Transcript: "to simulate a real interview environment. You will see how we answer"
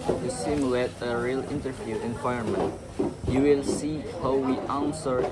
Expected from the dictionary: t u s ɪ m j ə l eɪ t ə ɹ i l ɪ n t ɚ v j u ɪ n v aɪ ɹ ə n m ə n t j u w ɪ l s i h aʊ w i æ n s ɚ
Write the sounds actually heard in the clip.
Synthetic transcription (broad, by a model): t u s ɪ m j ə l eɪ t ə ɹ i l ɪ n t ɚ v j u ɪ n w aɪ ə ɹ m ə n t j u w ɪ l s i h aʊ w i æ n s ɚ